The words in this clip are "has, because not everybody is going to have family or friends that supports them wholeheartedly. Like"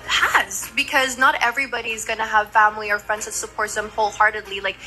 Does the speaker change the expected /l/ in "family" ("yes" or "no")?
no